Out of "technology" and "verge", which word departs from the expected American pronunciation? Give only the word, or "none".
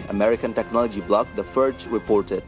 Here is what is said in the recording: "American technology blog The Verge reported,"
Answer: verge